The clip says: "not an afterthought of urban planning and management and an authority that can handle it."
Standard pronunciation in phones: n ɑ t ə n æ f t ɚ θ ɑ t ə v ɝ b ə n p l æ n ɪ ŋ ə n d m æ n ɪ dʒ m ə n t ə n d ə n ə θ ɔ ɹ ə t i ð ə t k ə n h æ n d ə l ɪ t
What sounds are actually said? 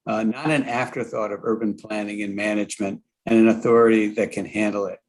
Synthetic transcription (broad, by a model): n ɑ t ə n æ f t ɚ θ ɑ t ə v ɝ b ə n p l æ n ɪ ŋ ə n m æ n ɪ dʒ m ə n t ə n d ə n ə θ ɔ ɹ ə t i ð ə t k ə n h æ n d l ɪ t